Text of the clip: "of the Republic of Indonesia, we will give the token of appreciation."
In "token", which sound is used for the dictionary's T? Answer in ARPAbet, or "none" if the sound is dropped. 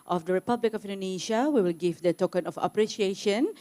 T